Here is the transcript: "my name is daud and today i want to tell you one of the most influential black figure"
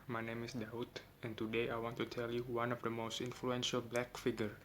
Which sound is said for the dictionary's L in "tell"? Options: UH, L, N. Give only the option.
L